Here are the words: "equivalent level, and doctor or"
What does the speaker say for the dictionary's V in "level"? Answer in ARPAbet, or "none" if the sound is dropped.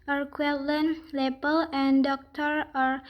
B